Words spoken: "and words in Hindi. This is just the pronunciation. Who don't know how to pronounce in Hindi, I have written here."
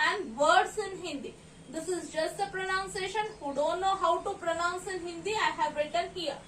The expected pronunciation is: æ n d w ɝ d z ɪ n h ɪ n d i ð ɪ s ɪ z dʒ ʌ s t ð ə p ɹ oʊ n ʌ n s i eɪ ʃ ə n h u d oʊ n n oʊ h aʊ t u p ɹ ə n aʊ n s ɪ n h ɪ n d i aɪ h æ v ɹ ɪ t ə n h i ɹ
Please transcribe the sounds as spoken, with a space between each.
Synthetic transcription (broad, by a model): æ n d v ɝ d s ɪ n h ɪ n d i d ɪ s ɪ z dʒ ʌ s t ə p ɹ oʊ n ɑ n s eɪ ʃ ə n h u d oʊ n n oʊ h aʊ t u p ɹ ə n aʊ n s ɪ n h ɪ n d i aɪ h æ v ɹ ɪ t ə n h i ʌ